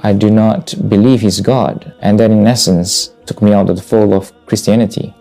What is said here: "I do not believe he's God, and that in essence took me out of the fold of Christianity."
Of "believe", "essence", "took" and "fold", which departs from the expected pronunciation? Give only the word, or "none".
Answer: fold